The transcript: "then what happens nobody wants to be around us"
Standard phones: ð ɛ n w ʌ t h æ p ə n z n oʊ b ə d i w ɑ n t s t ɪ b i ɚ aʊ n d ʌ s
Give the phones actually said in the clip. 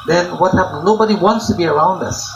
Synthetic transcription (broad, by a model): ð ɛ n w ʌ t h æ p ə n n oʊ b ə d i w ɑ n t s t ɪ b i ɚ aʊ n d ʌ s